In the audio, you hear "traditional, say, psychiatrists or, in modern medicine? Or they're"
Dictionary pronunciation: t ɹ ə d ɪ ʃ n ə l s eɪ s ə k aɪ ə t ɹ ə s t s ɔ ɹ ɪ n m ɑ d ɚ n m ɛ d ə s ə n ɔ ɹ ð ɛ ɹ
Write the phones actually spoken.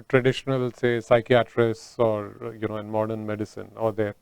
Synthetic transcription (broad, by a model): t ɹ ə d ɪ ʃ n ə l s eɪ s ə k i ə t ɹ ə s t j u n ɪ n m ɑ d ɚ n m ɛ d ə s ə n ɔ ɹ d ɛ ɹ